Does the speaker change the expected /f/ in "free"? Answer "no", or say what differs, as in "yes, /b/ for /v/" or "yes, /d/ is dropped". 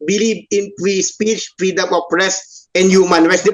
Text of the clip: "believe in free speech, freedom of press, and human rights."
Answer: yes, /p/ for /f/